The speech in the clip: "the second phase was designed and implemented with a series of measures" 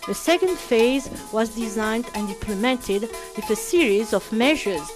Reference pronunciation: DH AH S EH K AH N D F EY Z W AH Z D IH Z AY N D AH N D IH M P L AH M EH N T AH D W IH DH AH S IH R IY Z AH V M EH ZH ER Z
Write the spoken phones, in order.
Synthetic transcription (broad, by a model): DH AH S EH K AH N D F EY Z W AH Z D IH Z AY N D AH N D IH M P L AH M EH N T AH D W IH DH AH S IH R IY Z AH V M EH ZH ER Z